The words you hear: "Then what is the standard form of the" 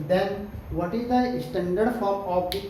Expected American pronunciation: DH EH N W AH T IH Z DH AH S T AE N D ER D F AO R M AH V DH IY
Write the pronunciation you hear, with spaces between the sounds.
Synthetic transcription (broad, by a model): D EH N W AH T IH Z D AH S T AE N D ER D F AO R AH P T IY